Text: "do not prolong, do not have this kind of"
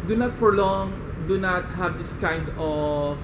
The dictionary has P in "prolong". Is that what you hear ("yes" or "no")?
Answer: no